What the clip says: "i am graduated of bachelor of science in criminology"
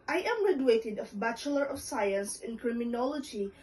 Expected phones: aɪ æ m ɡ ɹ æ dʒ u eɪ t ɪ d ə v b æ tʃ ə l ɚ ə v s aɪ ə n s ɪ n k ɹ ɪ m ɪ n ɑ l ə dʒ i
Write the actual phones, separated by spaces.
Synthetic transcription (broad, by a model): aɪ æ m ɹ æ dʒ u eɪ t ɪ d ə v b æ tʃ ə l ɚ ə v s aɪ ə n s ɪ n k ɹ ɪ m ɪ n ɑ l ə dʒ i